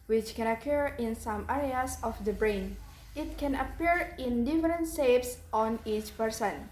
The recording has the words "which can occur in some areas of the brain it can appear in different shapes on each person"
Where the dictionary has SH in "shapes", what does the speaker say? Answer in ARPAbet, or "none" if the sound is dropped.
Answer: S